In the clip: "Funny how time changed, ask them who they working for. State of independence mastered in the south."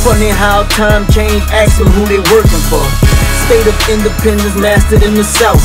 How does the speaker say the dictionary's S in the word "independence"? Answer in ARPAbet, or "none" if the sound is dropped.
none